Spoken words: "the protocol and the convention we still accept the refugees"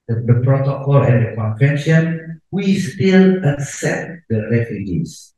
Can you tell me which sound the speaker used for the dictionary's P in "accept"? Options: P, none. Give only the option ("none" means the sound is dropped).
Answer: none